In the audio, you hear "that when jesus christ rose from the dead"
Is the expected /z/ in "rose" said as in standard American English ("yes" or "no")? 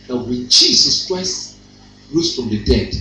no